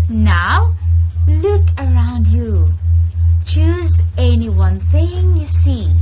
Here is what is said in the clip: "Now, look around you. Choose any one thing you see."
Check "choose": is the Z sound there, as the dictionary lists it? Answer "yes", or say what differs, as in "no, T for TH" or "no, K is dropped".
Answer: yes